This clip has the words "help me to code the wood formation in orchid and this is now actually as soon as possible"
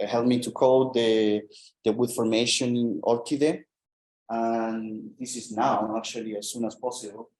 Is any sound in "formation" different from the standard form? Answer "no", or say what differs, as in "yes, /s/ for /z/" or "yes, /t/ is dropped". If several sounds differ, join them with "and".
yes, /ʃ/ is dropped